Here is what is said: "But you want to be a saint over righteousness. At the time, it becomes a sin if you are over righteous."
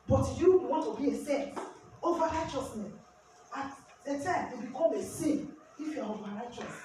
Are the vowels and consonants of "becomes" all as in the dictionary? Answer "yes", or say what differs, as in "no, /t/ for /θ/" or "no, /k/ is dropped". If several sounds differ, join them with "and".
no, /z/ is dropped